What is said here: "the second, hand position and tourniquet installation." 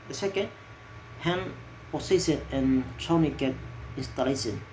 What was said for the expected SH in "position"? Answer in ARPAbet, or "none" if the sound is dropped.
S